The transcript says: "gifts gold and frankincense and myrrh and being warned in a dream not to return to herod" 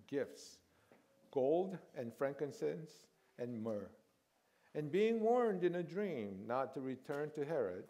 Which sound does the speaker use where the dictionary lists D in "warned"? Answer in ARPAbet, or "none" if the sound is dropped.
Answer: D